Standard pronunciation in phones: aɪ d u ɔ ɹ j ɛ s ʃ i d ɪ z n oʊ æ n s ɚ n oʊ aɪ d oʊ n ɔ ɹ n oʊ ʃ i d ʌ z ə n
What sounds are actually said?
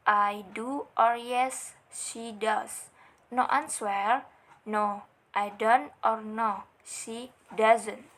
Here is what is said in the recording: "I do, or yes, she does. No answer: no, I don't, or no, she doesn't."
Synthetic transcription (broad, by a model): aɪ d u ɔ ɹ j ɛ s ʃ i d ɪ s n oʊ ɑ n s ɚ n oʊ aɪ d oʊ n ɔ ɹ n oʊ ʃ i d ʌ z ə n